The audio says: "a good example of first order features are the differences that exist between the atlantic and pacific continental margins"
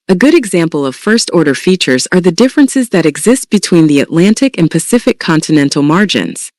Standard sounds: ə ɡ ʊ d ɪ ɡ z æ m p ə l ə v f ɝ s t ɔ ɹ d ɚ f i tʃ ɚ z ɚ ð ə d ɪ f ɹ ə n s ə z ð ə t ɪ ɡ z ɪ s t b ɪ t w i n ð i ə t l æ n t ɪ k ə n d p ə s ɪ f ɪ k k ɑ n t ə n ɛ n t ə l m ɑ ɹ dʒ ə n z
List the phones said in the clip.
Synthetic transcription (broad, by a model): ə ɡ ʊ d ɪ ɡ z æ m p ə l ə v f ɝ s t ɔ ɹ d ɚ f i tʃ ɚ z ɚ ð ə d ɪ f ɹ ə n s ə z ð ə t ɪ ɡ z ɪ s t b ɪ t w i n ð i ə t l æ n t ɪ k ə n p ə s ɪ f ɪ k k ɑ n t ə n ɛ n t l m ɑ ɹ dʒ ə n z